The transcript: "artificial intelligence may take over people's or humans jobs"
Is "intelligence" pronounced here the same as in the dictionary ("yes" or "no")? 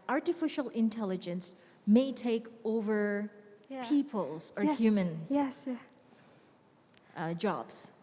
yes